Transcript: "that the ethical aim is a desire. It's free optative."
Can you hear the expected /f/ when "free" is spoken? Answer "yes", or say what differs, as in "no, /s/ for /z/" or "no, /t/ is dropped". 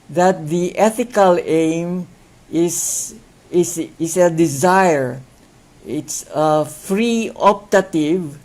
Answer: yes